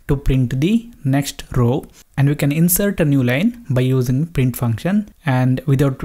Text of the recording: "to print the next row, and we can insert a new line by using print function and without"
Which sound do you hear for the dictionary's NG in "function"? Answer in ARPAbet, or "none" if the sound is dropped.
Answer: NG